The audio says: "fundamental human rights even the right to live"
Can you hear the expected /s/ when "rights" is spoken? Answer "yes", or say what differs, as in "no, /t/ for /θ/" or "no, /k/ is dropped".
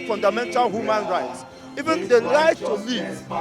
yes